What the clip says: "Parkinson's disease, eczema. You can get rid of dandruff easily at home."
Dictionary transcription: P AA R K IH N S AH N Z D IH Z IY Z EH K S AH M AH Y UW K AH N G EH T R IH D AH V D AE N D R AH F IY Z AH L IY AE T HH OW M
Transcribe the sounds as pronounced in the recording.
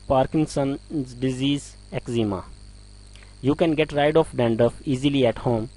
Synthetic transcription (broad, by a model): P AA R K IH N S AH N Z D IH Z IY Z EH K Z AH M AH Y UW K AH N G EH T R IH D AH F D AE N D AH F IY Z AH L IY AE T HH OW M